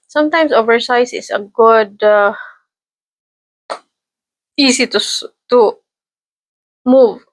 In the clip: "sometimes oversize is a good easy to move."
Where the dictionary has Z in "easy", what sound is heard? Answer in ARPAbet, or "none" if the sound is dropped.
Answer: S